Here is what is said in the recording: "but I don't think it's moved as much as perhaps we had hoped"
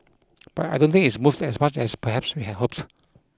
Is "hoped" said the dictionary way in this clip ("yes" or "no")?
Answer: yes